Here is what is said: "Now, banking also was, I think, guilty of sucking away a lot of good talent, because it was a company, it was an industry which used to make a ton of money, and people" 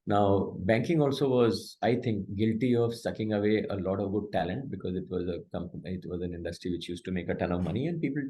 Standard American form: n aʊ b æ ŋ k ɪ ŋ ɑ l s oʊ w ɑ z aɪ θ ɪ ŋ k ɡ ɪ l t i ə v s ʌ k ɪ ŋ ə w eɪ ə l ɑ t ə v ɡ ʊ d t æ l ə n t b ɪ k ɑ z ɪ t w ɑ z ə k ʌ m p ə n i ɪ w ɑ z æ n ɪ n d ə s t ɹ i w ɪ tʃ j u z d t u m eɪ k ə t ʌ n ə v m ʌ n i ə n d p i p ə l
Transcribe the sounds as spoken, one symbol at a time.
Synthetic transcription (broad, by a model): n aʊ b æ ŋ k ɪ ŋ ɑ l s oʊ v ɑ z aɪ t ɪ ŋ k ɡ ɪ l t i ə v s ʌ k ɪ ŋ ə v eɪ ə l ɑ t ə v ɡ ʊ d t æ l ə n t b ɪ k ɑ z ɪ t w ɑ z ə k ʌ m ə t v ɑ z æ n ɪ n d ə s t ɹ i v ɪ tʃ j u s t u m eɪ k ə t ʌ n ə v m ʌ n i ə n d p i p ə l